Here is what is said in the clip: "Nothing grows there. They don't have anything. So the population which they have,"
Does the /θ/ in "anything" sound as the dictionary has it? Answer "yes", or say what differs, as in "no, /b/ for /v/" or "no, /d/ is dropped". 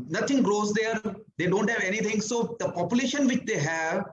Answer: no, /t/ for /θ/